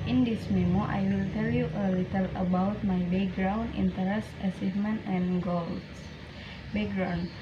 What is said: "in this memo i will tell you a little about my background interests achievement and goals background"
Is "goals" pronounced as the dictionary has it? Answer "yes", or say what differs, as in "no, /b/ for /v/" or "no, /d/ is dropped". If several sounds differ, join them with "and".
no, /z/ is dropped